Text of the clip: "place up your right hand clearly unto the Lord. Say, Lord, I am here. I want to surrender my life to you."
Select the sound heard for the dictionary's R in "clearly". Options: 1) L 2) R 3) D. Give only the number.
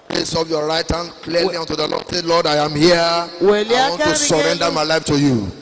1